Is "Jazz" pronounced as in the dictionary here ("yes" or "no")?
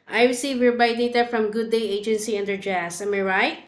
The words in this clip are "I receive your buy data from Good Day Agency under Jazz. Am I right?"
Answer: no